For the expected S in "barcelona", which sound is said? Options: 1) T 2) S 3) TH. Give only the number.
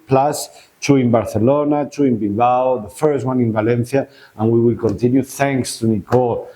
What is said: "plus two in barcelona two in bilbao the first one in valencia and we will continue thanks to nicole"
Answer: 3